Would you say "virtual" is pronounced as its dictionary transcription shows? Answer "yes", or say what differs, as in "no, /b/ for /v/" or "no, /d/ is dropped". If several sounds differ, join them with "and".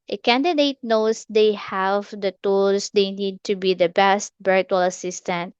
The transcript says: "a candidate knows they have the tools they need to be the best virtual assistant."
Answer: no, /b/ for /v/